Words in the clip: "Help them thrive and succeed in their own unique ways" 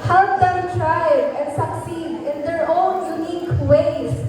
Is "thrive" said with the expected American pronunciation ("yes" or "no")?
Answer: no